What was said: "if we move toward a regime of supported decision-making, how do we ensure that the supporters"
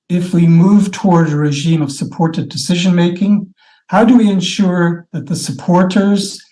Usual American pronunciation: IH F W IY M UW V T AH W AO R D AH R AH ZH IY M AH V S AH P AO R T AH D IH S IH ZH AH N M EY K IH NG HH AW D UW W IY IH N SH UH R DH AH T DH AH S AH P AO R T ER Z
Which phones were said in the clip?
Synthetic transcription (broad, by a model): IH F W IY M UW V T AH W AO R D AH R AH ZH IY M AH V S AH P AO R T AH D IH S IH ZH AH N M EY K IH NG HH AW D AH W IY IH N SH UH R DH AH T DH AH S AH P AO R T ER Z